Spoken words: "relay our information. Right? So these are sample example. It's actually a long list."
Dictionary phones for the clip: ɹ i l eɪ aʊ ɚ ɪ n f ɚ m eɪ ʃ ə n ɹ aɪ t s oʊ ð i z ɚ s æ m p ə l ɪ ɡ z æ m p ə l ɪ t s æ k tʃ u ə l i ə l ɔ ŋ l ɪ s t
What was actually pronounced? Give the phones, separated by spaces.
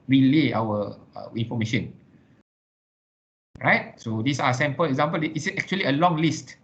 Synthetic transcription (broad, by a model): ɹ i l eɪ aʊ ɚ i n f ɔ m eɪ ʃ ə n ɹ aɪ t s oʊ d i s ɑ s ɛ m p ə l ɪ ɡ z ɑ m p ə l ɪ s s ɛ k tʃ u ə l i ə l ɔ ŋ l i s t